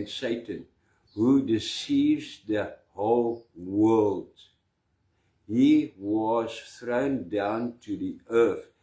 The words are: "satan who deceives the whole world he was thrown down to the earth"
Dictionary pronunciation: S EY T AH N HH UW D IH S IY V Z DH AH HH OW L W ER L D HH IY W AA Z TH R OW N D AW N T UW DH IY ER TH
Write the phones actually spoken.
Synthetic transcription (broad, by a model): S EY T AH N HH UW D IH S IY V Z DH AH HH OW L W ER L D HH IY W AA Z TH R OW N D AW N T UW DH IY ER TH